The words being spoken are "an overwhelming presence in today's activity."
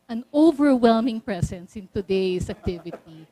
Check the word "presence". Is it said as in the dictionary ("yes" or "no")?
no